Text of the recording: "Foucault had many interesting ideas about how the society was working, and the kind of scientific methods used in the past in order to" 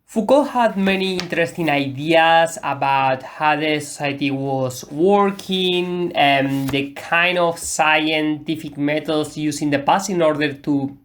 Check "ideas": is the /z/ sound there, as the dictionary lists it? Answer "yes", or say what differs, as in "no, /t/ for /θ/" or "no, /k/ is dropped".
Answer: no, /s/ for /z/